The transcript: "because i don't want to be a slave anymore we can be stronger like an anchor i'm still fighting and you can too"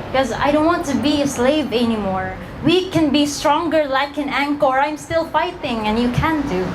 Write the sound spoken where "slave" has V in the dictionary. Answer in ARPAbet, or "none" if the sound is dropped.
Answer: V